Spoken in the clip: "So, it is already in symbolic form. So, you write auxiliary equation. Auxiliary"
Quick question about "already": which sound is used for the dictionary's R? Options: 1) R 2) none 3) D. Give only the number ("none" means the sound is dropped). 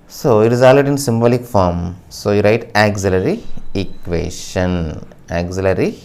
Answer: 2